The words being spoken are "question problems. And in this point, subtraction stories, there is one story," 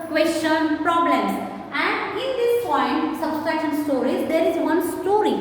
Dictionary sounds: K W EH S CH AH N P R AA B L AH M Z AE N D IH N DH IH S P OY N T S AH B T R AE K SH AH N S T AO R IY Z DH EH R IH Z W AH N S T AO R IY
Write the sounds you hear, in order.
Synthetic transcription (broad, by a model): K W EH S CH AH N P R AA B L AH M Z AE N D IH N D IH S P OY N T S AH B S R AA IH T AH N S T AO R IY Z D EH R IH Z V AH N S T AO R IY